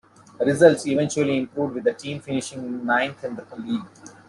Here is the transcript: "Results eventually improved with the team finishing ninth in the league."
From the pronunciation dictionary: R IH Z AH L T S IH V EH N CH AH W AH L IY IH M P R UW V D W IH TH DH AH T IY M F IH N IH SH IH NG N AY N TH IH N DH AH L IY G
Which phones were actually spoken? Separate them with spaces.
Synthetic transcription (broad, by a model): R IH Z AH L T S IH V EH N CH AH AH L IY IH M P R UW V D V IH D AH T IY M F IH N IH SH IH NG N AY N T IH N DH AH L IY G